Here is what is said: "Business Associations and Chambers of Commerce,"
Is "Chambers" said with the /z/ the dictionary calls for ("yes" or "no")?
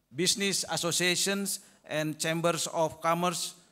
no